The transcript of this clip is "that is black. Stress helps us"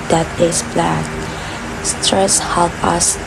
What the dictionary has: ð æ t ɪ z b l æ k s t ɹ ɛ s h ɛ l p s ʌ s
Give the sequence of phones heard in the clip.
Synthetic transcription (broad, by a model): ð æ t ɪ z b l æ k s t ɹ ɛ s h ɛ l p ʌ s